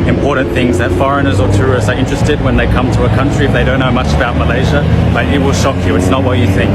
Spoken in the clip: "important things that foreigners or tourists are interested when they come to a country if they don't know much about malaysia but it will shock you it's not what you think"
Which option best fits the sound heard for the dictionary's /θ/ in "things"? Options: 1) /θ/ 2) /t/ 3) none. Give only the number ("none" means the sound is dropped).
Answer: 1